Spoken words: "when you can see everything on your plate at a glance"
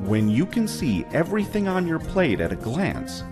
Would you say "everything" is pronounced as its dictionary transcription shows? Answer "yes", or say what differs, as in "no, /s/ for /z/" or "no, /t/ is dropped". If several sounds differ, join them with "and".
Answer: yes